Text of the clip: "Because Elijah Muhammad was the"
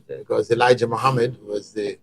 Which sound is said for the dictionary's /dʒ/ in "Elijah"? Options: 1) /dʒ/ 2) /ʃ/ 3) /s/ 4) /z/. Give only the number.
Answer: 1